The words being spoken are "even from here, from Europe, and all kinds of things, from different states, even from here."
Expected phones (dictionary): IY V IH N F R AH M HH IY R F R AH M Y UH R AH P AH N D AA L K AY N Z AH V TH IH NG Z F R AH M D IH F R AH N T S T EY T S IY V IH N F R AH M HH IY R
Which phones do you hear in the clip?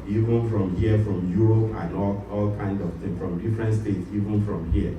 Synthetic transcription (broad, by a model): IY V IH N F R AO M HH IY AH F R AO M Y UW R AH P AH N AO AA L K AY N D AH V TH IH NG F R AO M D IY F R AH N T S T EY T S IY V IH N F R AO M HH IY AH